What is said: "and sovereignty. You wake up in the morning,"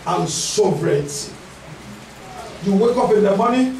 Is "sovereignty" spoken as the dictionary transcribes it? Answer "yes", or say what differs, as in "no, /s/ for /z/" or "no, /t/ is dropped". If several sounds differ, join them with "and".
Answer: no, /n/ is dropped